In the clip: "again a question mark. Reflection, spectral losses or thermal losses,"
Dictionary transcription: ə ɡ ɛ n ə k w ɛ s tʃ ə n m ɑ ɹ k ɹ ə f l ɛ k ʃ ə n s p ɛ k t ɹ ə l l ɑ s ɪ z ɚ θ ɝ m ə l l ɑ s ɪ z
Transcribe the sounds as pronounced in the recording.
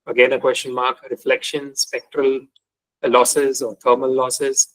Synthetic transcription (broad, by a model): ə ɡ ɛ n ə k w ɛ s tʃ ə n m ɑ k ɹ ə f l ɛ k ʃ ə n s p ɛ k t ɹ ə l l ɑ s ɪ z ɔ t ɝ m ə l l ɑ s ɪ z